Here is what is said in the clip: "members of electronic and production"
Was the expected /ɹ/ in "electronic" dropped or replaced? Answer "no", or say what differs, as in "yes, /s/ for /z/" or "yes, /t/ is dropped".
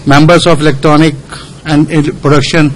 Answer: no